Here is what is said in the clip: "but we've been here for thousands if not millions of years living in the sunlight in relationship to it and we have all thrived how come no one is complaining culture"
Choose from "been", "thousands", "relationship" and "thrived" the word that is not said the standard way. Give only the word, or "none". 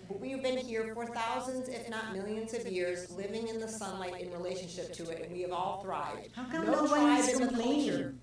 none